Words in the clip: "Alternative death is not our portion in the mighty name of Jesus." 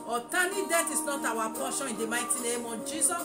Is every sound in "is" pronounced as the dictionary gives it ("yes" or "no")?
no